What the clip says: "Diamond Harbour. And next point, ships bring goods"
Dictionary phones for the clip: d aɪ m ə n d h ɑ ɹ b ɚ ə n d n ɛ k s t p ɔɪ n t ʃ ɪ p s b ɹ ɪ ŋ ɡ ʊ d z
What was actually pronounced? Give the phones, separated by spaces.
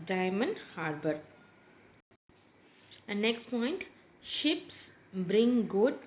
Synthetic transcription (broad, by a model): d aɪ m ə n d h ɑ ɹ b ɚ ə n n ɛ k s t p ɔɪ n t ʃ ɪ p s b ɹ ɪ ŋ ɡ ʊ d